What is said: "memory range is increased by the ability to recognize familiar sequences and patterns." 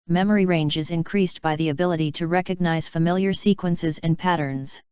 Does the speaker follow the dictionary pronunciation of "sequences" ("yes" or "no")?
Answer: yes